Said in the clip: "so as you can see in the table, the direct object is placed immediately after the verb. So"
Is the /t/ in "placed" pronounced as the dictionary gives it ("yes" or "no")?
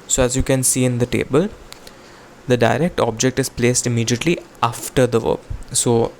yes